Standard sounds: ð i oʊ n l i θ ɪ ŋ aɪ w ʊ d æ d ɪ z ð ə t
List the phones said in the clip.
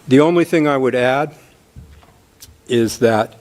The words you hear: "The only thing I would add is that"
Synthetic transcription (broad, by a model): ð i oʊ n l i θ ɪ ŋ aɪ w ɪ d æ d ɪ z ð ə t